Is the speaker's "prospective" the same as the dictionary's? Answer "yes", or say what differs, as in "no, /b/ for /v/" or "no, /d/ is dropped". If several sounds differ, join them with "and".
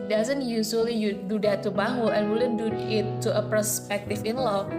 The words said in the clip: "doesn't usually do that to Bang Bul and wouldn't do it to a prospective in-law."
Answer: no, /ɹ/ is dropped